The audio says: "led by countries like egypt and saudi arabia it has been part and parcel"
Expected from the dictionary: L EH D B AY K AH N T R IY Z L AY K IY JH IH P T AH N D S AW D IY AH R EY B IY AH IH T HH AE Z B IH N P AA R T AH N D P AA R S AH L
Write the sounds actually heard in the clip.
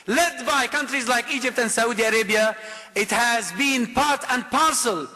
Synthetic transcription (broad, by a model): L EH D B AY K AH N T R IY Z L AY K IY JH IH P T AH N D S AW D IY AH R EY B IY AH IH T HH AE Z B IH N P AA R T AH N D P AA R S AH L